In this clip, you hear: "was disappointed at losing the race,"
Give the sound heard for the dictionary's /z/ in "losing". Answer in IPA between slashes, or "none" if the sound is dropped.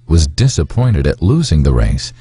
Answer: /z/